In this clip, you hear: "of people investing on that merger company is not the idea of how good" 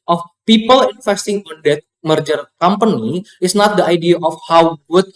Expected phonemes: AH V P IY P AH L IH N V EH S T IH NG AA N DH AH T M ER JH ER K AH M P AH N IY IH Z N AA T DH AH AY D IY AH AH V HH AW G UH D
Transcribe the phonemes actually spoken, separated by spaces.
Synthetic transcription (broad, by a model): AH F P IY P AH L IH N F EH S T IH NG AA N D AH T M ER JH ER K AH M P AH N IY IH S N AA T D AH AY D IY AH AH F HH AW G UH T